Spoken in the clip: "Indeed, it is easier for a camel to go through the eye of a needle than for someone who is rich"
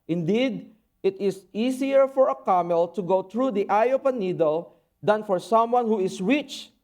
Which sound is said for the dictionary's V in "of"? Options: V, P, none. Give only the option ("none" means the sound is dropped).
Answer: P